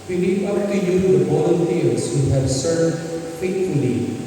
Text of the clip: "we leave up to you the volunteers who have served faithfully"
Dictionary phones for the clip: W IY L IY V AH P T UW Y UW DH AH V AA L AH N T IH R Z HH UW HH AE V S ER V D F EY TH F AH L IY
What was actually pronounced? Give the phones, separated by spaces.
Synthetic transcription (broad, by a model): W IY N IY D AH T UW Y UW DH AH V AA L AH N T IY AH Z HH UW HH AE V S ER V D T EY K F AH L IY